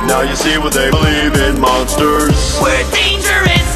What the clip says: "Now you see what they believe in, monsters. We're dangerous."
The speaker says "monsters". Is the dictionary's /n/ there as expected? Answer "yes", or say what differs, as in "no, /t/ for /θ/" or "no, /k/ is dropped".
yes